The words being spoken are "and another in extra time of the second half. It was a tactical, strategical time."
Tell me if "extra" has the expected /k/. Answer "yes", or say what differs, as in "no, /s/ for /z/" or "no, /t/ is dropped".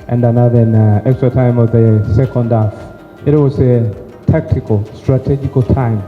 yes